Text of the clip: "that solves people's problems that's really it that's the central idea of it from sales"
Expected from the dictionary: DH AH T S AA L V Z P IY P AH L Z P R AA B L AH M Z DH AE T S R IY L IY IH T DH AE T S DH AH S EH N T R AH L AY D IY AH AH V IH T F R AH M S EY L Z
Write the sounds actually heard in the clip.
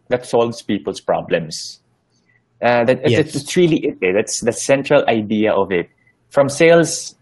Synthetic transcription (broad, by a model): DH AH T S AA L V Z P IY P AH L S P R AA B L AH M S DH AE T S R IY L IY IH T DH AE T S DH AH S EH N T R AH L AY D IY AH AH V IH T F R AH M S EY L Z